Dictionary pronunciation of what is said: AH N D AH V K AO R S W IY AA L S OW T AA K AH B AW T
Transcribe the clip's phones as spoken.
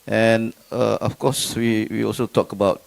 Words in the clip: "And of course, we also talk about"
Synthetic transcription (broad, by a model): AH N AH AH F K AO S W W IY AA L S OW T AA K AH B AW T